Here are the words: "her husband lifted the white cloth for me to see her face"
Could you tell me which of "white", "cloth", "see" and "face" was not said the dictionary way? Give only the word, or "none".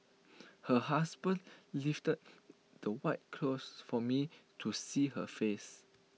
cloth